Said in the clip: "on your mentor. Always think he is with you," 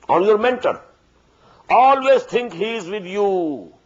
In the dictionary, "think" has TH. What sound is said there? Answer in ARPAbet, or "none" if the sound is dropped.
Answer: T